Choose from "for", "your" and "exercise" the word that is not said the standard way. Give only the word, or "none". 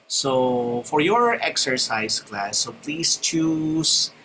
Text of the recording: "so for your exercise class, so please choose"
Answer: exercise